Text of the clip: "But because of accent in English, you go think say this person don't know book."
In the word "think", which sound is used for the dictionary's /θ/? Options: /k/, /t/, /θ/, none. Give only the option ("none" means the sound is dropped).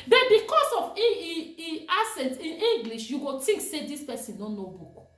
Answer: /t/